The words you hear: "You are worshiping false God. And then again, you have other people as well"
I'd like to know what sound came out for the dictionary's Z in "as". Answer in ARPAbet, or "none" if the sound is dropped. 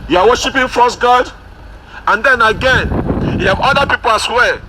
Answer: S